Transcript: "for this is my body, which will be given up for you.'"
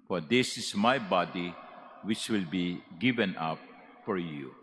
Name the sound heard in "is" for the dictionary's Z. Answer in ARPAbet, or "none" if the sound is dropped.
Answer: S